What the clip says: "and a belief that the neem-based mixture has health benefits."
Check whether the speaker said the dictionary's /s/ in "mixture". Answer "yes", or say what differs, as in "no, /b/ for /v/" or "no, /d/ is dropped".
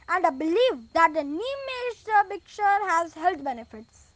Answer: no, /s/ is dropped